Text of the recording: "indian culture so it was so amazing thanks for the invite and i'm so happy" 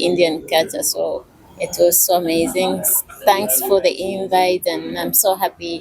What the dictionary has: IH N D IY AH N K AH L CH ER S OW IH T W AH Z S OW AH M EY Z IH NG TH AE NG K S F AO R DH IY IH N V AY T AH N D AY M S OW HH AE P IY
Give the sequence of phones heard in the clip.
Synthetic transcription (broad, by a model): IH N D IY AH N K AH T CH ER S OW IH T W AH Z S OW AH M EY Z IH NG TH AE NG K S F AO R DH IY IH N V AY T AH N AY M S OW HH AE P IY